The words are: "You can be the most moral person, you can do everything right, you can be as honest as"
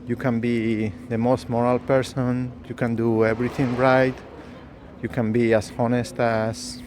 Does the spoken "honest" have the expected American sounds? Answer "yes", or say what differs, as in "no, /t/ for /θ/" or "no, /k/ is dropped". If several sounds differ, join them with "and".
yes